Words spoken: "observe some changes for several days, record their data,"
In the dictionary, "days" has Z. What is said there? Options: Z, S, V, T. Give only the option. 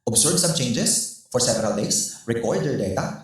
S